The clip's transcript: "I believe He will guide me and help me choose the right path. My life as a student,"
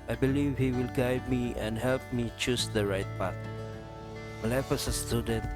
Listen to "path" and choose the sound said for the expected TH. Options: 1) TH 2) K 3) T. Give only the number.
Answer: 3